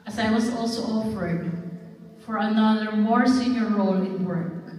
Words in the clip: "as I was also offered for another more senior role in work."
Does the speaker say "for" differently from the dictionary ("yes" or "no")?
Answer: no